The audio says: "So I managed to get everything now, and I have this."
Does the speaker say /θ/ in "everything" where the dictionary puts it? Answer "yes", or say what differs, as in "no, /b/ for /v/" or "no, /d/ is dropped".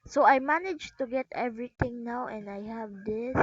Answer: no, /t/ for /θ/